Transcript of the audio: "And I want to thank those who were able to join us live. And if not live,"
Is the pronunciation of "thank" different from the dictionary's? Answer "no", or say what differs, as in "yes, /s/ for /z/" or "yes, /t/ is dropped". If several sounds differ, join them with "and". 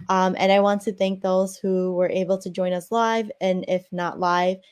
no